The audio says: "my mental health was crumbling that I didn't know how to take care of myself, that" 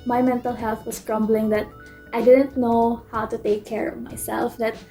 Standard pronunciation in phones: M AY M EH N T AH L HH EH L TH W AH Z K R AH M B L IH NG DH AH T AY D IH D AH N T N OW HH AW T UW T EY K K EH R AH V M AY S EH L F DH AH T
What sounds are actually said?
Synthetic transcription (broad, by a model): M AY M EH N T AH L HH EH L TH W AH S K R AH M B L IH NG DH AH T AY D IH D AH N T N OW HH AW T UW T EY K K EH R AH V M AY S EH L F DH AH T